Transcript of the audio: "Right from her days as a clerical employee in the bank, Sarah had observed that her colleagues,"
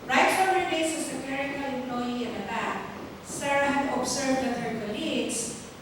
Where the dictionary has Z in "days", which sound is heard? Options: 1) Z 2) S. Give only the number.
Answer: 2